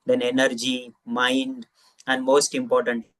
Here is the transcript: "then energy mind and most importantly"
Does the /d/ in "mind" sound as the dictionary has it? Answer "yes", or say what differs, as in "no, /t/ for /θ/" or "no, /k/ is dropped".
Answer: yes